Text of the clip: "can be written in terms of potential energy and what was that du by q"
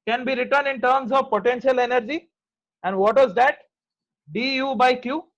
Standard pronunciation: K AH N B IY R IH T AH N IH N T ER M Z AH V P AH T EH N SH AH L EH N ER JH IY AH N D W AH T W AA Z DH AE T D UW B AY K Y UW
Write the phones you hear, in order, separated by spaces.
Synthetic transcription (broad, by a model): K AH N B IY R IH T AH N IH N T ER M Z AH V P AH T EH N SH AH L EH N ER JH IY AH N D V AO T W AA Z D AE T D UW B AY K Y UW